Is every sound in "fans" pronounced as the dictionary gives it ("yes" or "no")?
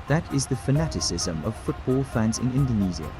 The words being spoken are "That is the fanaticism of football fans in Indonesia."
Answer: yes